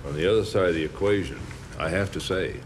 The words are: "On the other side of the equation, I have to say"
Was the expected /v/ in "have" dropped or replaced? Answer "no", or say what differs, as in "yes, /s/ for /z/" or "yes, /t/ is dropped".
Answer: yes, /f/ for /v/